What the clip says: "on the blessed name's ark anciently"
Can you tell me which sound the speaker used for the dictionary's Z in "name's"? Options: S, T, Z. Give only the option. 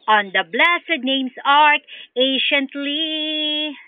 S